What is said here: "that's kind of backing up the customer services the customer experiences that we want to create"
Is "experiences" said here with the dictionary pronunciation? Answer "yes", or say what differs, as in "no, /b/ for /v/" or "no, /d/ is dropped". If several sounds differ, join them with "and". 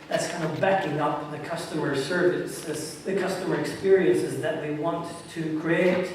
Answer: yes